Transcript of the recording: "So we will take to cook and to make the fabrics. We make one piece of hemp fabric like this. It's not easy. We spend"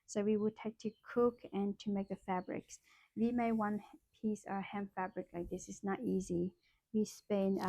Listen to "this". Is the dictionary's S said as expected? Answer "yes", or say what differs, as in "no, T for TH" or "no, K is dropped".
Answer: yes